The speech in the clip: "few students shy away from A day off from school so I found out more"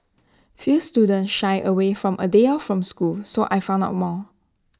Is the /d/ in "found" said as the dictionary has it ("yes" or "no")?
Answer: no